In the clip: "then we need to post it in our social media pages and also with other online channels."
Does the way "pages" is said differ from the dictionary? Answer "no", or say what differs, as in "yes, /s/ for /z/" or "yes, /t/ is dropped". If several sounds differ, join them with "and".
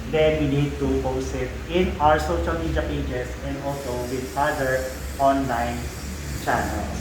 yes, /s/ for /z/